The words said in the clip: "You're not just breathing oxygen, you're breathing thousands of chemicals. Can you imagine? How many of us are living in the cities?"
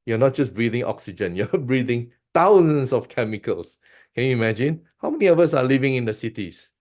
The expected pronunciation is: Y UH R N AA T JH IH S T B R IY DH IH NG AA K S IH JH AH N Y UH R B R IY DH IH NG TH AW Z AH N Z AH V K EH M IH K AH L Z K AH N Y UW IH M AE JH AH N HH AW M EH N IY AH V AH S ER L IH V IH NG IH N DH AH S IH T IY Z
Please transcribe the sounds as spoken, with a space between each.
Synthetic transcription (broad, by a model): Y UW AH N AA T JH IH S B R IY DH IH NG AA K S IH JH AH N Y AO B R IY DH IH NG T AW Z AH N S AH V K EH M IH K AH L S K AH N Y UW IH M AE JH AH N HH AW M EH N IY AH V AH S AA L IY V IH NG IH N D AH S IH T IY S